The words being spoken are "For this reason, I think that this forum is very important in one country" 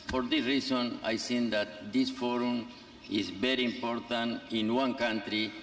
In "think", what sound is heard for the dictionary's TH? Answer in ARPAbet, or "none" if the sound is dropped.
S